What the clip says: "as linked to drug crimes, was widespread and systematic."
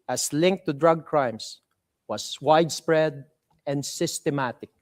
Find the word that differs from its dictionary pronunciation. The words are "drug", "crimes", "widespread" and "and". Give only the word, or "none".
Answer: crimes